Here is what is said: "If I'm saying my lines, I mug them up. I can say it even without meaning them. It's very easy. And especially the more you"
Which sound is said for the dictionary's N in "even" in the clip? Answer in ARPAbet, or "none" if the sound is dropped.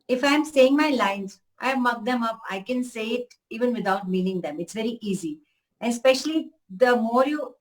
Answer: N